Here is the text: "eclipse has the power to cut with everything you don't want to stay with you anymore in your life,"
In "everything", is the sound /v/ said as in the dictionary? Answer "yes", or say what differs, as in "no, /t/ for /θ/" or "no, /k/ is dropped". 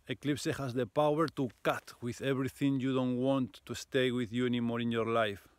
no, /b/ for /v/